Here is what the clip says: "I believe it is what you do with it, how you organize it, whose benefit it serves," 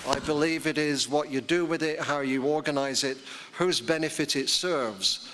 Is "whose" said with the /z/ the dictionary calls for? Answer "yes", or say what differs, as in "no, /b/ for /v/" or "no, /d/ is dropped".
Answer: yes